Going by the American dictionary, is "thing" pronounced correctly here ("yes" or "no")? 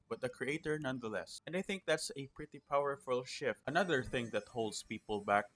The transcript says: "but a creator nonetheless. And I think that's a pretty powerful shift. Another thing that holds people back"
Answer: yes